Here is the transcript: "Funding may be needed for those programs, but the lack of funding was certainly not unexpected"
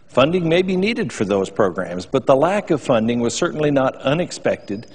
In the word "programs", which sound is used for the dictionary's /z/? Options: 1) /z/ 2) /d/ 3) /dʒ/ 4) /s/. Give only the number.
1